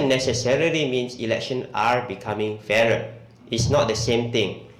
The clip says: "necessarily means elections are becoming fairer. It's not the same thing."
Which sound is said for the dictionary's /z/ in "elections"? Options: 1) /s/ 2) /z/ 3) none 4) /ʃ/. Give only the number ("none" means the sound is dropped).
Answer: 3